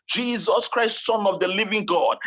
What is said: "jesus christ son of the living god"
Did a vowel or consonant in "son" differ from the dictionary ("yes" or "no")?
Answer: no